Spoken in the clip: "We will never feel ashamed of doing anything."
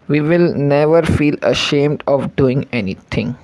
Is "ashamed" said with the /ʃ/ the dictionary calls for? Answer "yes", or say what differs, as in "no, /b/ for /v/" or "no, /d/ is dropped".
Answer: yes